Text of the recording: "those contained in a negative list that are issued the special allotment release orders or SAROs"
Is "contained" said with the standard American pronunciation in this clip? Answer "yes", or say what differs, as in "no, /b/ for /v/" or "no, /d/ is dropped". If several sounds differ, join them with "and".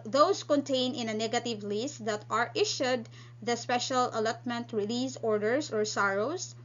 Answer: no, /d/ is dropped